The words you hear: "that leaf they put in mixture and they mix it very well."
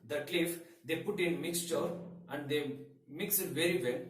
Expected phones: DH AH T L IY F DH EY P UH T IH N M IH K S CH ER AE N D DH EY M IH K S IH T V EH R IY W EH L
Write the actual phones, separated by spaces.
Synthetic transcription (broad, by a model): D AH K L IY F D EY P UH T IH N M IH K S CH ER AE N D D EY M IH K S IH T V EH R IY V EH L